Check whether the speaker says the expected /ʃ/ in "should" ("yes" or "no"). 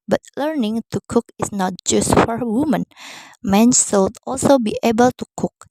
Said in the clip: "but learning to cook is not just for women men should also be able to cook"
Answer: no